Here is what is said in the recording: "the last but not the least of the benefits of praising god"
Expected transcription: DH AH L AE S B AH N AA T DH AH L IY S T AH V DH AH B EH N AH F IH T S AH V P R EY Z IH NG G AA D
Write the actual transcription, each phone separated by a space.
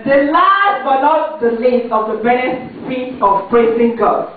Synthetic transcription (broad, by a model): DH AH L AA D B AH L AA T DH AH L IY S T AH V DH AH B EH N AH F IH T AH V P R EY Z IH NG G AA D